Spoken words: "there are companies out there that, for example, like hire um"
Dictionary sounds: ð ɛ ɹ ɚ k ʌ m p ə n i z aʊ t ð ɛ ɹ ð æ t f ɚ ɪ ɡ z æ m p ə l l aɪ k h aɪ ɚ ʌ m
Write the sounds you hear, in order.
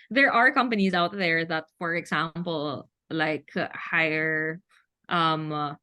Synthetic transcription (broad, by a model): ð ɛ ɹ ɚ k ʌ m p ə n i z aʊ t ð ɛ ɹ ð æ t f ɚ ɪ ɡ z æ m p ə l l aɪ k h aɪ ɚ ʌ m